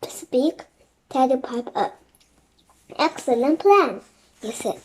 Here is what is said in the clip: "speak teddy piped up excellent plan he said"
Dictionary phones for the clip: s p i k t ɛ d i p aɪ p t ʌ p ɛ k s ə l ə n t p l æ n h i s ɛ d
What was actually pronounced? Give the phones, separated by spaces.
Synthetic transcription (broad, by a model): s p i k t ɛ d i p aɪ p ʌ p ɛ k s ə l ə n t p l æ n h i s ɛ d